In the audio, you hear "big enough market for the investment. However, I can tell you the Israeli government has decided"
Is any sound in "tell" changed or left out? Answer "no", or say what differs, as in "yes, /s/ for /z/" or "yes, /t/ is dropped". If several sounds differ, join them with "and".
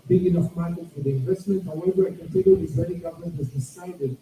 yes, /n/ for /l/